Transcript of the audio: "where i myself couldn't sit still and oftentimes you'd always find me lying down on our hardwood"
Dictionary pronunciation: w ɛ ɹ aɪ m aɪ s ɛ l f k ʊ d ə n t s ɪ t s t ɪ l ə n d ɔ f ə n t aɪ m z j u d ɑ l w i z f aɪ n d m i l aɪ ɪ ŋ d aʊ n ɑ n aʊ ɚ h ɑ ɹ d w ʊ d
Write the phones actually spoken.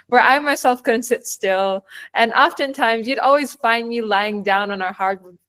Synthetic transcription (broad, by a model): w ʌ ɹ aɪ m aɪ s ɛ l f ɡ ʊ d n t s ɪ t s t ɪ l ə n ɔ f ə n t aɪ m z j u d ɑ l w i z f aɪ n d m i l aɪ ɪ ŋ d aʊ n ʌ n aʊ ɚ h ɑ ɹ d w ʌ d